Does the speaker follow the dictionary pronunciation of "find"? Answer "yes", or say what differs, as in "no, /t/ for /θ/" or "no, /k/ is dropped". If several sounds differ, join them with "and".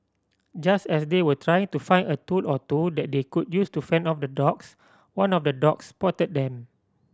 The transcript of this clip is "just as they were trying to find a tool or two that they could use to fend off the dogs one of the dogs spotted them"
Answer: no, /d/ is dropped